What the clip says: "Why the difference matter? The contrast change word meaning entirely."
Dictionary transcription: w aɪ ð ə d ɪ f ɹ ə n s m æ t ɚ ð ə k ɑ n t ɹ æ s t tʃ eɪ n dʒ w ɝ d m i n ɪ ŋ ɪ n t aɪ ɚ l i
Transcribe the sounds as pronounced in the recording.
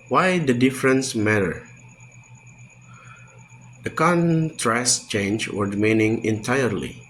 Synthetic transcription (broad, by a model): w aɪ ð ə d ɪ f ɹ ə n s m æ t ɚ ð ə k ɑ n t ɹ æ s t tʃ eɪ n dʒ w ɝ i m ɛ n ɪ ŋ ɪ n t aɪ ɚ l i